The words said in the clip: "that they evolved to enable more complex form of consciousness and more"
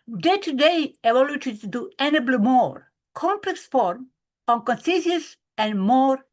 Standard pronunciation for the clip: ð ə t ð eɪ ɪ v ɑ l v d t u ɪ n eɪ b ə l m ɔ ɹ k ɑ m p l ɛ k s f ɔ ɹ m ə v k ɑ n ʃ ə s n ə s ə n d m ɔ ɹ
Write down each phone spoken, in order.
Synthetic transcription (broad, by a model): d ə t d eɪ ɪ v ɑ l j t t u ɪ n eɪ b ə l m ɔ ɹ k ɑ m p l ɛ k s f ɔ ɹ m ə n k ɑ n s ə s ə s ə n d m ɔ ɹ